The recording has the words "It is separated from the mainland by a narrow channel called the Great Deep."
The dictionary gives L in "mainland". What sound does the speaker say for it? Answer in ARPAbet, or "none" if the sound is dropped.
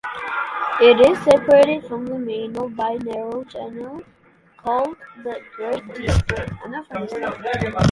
none